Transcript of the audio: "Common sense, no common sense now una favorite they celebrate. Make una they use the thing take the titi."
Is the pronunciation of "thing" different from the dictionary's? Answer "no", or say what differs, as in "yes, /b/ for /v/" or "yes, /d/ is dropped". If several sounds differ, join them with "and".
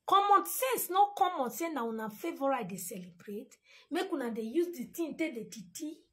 yes, /t/ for /θ/